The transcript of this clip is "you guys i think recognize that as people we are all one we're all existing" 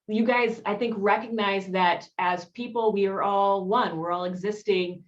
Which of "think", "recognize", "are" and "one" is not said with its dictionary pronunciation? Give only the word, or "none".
none